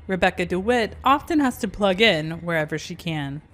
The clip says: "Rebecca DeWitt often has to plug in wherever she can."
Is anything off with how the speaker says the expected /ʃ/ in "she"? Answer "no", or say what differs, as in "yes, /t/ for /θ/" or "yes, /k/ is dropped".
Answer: no